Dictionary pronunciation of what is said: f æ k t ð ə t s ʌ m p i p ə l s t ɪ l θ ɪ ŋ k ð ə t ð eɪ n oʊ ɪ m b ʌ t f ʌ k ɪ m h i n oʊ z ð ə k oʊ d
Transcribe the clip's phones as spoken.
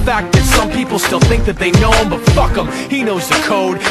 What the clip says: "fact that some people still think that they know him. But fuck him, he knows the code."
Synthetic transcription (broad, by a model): f æ k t ð ə t s ʌ m p i p l s t ɪ l θ ɪ ŋ k ð ə t ð eɪ n oʊ ɪ m b ʌ t f ʌ k ɪ m h i n oʊ z ð ə k oʊ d